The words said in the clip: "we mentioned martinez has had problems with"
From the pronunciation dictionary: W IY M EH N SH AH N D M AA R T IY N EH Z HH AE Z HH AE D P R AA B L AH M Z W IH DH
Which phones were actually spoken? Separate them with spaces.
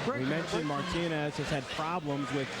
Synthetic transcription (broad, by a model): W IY M EH N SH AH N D M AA R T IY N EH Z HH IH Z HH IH D P R AA B L AH M Z W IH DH